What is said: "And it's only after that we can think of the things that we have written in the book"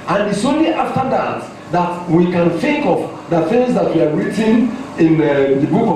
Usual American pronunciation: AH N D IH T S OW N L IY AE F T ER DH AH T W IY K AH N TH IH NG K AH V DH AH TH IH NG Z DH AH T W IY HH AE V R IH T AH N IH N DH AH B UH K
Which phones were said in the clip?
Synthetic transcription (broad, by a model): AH N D IH T S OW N L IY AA F T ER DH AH T W IY K AH N TH IH NG K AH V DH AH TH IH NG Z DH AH T W IY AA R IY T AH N IH N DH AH B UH K